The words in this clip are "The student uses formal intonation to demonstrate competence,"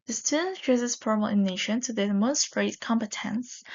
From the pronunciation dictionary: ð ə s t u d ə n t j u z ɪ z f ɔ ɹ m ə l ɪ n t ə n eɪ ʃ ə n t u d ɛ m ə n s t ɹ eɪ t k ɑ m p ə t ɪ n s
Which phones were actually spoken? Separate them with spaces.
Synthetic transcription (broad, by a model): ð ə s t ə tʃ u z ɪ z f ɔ ɹ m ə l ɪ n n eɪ ʃ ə n t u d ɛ m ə s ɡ ɹ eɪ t k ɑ m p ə t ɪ n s